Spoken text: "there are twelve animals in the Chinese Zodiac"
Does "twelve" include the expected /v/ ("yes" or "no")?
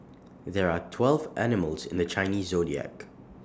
yes